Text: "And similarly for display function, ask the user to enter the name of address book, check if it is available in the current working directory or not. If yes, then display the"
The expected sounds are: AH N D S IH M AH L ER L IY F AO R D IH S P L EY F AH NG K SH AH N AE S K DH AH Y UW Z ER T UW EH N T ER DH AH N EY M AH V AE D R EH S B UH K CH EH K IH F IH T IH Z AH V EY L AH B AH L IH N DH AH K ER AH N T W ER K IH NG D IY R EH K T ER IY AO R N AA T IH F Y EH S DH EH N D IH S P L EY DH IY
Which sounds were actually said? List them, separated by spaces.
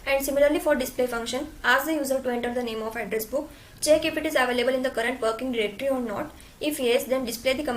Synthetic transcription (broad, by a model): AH N D S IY M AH L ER L IY F AO R D IH S P L EY F AH NG K SH AH N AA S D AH Y UW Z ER T UW EH N T ER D AH N EY M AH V AE D R EH S B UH K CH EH K IH F IH T IH Z AH V EY L AH B AH L IH N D AH K ER AH N T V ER K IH NG D IY R EH K T ER IY AO R N AA T IH F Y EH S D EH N D IH S P L EY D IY